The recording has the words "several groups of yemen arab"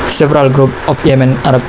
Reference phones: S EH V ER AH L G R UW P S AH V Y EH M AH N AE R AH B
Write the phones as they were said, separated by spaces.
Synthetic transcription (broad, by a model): S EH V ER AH L G R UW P AH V Y EH M AH N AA R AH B